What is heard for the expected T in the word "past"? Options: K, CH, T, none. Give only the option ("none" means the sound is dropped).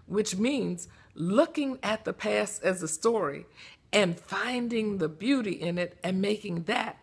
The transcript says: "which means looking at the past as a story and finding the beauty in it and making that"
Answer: none